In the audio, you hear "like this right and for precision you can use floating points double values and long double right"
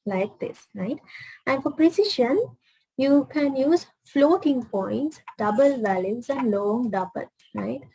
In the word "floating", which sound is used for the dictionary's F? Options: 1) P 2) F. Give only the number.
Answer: 2